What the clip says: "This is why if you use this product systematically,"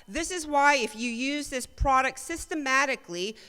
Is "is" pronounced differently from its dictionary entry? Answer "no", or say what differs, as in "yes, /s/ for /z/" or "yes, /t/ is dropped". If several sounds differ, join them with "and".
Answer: no